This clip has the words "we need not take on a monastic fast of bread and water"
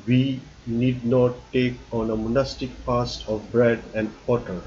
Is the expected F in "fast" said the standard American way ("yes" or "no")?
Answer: no